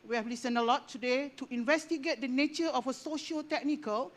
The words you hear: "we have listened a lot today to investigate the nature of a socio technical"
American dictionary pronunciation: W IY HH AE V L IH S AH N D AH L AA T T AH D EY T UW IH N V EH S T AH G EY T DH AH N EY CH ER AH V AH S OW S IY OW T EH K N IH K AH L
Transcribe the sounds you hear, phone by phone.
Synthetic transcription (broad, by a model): W IY HH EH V L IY S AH N AH L AA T T AH D EY T UW IH N V EH S T AH G EY T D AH N EY CH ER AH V AH S OW SH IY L T EH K N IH K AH L